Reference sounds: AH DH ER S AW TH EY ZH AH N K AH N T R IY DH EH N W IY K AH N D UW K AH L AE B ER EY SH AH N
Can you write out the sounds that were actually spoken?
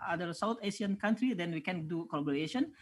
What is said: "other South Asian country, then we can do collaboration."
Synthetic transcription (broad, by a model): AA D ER S AW T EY S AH N K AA N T R IY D EH N W IY K AH N D UW K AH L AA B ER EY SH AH N